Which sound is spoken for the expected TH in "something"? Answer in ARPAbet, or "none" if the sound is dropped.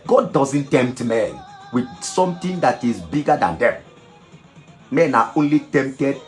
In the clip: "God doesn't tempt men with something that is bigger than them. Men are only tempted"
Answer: T